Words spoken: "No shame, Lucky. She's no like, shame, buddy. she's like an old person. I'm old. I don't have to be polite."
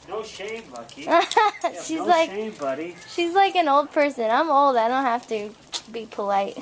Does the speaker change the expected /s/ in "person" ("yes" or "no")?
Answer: no